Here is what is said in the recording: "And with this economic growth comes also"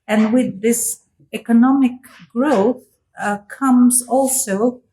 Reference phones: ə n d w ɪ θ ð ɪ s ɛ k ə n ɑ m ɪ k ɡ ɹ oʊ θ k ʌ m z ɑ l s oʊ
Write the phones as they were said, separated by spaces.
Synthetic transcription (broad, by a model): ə n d w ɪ ð ɪ s ɛ k ə n ɑ m ɪ k ɡ ɹ oʊ θ k ʌ m z ɑ l s oʊ